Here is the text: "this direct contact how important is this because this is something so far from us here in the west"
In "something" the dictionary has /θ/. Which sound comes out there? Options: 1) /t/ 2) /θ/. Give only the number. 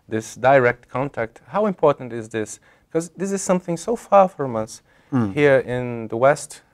2